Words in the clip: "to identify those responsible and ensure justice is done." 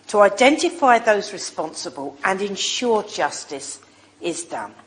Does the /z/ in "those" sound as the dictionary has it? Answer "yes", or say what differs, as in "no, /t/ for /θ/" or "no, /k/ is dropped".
yes